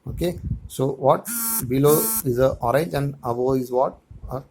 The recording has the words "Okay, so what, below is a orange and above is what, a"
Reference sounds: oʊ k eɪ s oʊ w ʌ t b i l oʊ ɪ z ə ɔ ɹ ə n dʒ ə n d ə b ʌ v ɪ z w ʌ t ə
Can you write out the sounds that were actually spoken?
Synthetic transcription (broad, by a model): oʊ k eɪ s oʊ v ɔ t b i l oʊ ɪ z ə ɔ ɹ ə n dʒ ə n d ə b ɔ ɪ z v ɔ t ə